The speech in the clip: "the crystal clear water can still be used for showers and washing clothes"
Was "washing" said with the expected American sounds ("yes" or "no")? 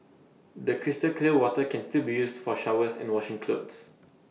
yes